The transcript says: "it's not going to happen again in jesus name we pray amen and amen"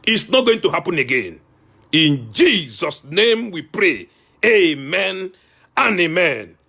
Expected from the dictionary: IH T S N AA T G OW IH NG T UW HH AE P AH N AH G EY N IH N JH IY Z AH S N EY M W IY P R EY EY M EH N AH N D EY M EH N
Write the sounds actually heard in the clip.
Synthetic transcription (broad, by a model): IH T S N AA T G OW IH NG T UW HH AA P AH N AH G EY N IH N JH IY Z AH S N EY M W IY P R EY EY M EH N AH N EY M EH N